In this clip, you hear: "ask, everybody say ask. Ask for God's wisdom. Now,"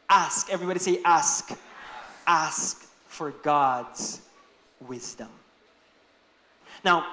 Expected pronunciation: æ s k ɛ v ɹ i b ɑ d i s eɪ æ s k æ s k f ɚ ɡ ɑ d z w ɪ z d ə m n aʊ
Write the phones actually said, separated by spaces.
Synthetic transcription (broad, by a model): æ s k ɛ v ɹ i b ɑ d i s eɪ æ s k æ s k f ɚ ɡ ɑ d z w ɪ z d ə m n aʊ